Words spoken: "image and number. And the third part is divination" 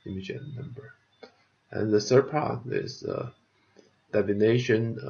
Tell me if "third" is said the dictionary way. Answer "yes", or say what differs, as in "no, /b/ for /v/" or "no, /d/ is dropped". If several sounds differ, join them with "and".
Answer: no, /s/ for /θ/